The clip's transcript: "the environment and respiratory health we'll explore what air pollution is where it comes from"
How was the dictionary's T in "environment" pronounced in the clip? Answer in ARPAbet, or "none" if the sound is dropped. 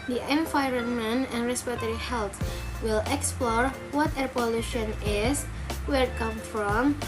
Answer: none